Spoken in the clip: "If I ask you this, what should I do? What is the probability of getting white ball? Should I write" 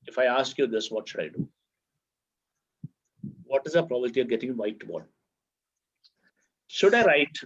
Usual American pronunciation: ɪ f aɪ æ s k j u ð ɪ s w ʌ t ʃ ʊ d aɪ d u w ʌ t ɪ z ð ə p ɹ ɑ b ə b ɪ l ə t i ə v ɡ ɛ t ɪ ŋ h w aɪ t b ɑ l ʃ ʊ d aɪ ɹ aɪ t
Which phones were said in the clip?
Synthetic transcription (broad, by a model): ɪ f aɪ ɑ s k j u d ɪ s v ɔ t ʃ ʊ d aɪ d u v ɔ t ɪ z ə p ɹ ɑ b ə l t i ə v ɡ ɛ t ɪ ŋ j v aɪ t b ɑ n ʃ ʊ d aɪ ɹ aɪ t